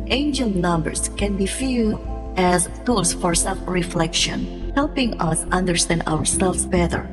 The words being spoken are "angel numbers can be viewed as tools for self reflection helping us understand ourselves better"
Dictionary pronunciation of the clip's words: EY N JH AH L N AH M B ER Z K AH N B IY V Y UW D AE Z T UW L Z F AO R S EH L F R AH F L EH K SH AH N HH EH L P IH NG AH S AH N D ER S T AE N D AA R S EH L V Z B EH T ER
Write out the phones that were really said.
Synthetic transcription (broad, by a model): EY N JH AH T N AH M B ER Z K AH N B IY F Y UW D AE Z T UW L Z F AO R S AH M R AH F L EH K SH AH N HH EH L P IH NG AH S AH N D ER S T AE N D AA R S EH L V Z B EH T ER